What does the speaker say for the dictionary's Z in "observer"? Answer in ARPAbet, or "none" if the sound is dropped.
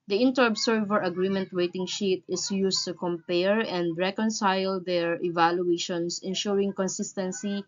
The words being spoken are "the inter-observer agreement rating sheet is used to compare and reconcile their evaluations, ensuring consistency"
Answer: S